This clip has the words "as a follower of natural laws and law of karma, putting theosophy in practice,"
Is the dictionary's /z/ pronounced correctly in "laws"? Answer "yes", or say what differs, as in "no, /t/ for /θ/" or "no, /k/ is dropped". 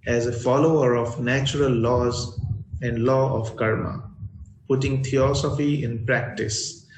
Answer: yes